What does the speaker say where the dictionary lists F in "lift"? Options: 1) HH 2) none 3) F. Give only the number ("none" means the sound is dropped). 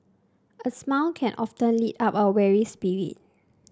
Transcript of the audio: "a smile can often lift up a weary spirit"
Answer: 2